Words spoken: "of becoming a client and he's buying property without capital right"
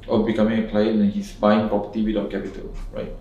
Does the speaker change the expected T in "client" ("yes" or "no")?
yes